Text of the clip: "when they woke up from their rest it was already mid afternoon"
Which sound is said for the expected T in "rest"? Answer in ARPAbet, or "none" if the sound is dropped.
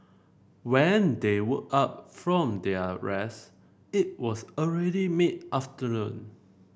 none